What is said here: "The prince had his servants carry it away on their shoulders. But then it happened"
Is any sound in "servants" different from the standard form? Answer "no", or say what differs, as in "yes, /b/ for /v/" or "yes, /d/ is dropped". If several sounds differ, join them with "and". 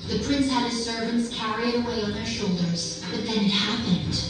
no